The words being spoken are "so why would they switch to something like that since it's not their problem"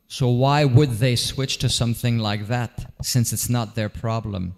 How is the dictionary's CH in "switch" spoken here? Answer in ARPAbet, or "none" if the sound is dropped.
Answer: CH